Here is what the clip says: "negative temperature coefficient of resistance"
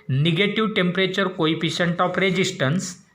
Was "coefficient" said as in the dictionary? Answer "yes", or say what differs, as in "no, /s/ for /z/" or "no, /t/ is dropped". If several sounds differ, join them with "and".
no, /p/ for /f/